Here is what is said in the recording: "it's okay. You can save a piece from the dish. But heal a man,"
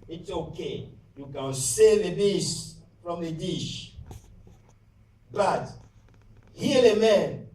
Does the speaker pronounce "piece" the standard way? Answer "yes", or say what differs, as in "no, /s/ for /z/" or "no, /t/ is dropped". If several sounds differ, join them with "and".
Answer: no, /b/ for /p/